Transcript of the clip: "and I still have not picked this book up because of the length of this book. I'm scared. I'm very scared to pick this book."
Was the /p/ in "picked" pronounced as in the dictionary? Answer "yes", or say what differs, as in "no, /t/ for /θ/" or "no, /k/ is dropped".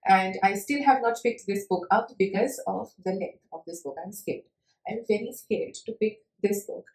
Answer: no, /f/ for /p/